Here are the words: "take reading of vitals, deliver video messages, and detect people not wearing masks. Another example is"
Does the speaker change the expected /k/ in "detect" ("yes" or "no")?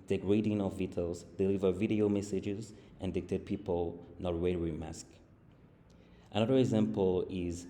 yes